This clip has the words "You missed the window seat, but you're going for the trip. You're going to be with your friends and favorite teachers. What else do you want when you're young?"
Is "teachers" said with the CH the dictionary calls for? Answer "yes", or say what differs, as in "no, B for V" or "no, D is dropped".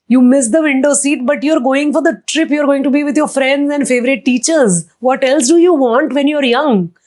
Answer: yes